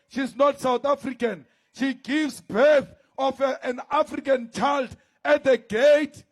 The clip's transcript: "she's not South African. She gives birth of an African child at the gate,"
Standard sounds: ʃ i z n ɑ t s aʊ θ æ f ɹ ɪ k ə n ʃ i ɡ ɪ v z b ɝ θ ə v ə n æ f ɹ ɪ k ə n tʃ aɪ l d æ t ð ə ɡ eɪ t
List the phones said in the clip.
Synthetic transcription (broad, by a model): ʃ i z n ɑ t s aʊ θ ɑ f ɹ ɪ k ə n ʃ i ɡ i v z b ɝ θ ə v ə n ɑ f ɹ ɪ k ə n tʃ aɪ l d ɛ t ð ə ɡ eɪ t